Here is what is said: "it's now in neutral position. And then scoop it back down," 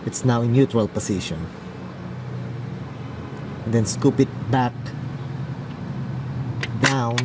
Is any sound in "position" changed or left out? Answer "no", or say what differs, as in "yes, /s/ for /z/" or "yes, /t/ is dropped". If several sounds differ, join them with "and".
yes, /s/ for /z/